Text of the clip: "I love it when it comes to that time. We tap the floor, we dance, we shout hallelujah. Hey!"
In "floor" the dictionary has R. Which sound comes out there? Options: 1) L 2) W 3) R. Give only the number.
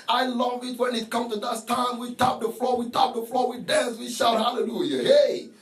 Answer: 1